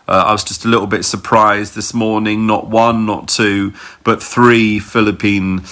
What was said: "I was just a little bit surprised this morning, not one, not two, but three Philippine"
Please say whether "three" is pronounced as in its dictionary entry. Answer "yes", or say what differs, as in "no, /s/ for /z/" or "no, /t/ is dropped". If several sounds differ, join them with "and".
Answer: yes